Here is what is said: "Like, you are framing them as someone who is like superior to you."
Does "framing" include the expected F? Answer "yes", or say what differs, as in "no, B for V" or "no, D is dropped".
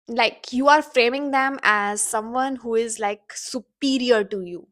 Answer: yes